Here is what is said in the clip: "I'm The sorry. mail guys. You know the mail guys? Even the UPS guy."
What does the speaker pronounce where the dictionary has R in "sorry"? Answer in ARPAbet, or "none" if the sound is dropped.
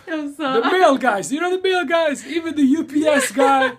none